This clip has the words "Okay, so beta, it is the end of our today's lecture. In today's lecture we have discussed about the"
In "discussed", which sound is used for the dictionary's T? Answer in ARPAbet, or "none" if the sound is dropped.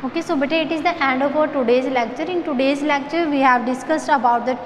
T